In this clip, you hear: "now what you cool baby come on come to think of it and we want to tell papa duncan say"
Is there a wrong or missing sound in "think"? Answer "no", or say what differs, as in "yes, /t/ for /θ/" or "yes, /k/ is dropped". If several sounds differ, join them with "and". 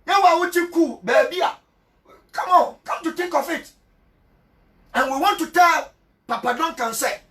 yes, /t/ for /θ/